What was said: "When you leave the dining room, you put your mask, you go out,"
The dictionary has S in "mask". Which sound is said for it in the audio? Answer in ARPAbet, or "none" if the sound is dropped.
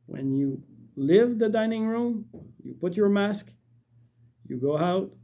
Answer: S